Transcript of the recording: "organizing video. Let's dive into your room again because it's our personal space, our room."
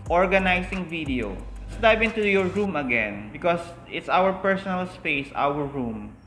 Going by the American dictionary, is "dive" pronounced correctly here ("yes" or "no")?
no